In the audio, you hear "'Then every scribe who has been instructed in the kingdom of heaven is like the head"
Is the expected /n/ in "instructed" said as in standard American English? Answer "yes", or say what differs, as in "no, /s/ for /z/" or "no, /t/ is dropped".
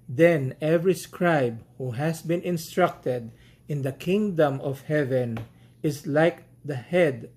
yes